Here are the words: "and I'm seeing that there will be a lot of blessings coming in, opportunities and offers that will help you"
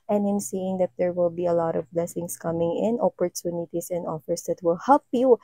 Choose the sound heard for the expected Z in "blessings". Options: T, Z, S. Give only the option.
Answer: S